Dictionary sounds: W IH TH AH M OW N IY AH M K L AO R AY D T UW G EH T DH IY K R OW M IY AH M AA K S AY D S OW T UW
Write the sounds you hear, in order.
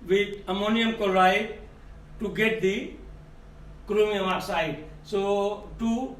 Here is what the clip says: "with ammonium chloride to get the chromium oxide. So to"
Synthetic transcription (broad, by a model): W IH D AH M OW N IY AH M K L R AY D T UW G EH T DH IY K R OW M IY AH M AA S AY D S OW T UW